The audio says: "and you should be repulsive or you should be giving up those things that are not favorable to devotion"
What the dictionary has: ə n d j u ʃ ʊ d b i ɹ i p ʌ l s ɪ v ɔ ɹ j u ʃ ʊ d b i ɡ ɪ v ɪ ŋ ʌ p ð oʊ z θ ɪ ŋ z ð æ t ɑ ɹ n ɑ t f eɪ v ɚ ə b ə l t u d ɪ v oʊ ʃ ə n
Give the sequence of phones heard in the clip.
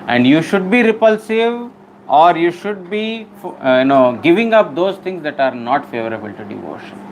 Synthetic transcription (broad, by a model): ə n d j u ʃ ʊ d b i ɹ i p ʌ l s ɪ v ɔ ɹ j u ʃ ʊ d b i ɡ ɪ v ɪ ŋ ʌ p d oʊ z t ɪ ŋ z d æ t ɑ ɹ n ɑ t f eɪ v ɚ ə b ə l t u d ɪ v oʊ ʃ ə n